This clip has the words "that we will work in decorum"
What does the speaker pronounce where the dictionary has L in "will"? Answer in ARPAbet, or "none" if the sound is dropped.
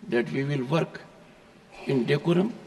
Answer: L